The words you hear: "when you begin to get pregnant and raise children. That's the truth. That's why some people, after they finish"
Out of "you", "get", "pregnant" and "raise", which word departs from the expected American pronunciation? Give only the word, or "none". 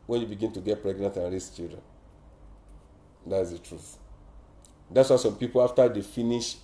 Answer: raise